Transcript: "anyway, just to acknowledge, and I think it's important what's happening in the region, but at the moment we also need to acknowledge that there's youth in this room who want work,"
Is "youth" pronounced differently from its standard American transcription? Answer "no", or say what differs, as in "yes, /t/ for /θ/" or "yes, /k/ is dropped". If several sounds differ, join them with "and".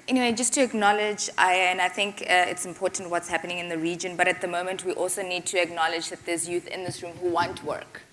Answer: no